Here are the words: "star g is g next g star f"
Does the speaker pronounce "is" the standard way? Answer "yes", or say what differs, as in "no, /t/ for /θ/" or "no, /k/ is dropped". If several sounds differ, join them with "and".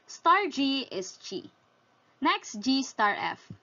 no, /s/ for /z/